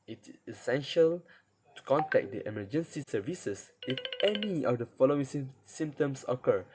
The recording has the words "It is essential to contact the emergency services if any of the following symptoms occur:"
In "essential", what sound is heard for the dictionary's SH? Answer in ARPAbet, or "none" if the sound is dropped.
SH